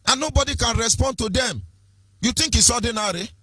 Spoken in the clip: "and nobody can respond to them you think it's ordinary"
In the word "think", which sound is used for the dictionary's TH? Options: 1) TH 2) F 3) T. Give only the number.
3